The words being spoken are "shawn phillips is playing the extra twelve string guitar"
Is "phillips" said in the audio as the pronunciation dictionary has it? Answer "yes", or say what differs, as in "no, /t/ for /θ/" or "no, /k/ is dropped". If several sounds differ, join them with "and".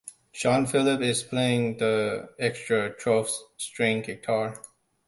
no, /s/ is dropped